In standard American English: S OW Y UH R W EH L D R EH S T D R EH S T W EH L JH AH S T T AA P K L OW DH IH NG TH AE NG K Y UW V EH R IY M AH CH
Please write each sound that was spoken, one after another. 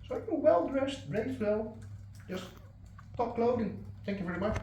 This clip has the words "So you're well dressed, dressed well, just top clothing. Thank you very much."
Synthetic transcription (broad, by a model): S OW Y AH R W EH L D R EH S T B R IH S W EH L JH AH S T T AA P K L OW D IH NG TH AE NG K Y UW V EH R IY M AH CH